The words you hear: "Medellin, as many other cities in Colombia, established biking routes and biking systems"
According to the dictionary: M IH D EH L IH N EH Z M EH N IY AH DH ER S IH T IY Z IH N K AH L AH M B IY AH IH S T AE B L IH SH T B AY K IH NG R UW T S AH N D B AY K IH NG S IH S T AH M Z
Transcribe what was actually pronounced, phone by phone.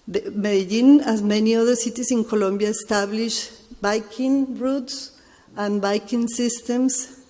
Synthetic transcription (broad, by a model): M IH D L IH N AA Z M EH N IY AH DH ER S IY T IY S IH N K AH L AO M B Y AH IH S T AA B L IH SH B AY K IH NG R UW T S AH N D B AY K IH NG S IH S T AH M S